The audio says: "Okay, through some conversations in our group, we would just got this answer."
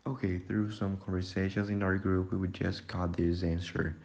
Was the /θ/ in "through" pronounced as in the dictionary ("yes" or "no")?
yes